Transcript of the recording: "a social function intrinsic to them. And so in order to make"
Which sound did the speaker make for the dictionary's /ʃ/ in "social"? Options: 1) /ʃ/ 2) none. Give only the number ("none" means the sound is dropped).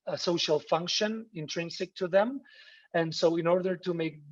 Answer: 1